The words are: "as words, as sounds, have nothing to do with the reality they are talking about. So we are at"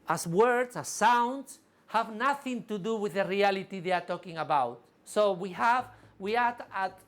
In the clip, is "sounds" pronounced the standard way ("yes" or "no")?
no